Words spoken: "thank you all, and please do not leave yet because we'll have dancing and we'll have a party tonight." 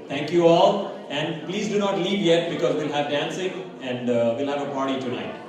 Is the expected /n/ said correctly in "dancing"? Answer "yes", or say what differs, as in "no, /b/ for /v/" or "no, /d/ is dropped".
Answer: yes